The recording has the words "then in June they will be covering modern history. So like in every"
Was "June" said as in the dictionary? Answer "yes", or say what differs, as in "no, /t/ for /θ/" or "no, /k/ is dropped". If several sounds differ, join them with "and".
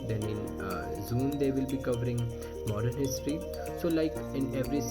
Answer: no, /z/ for /dʒ/